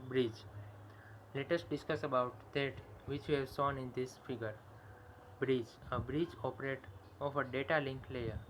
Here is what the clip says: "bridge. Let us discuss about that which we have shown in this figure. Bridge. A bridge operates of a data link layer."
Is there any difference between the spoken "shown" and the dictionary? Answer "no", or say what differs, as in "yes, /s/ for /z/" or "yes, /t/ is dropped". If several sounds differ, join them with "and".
yes, /s/ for /ʃ/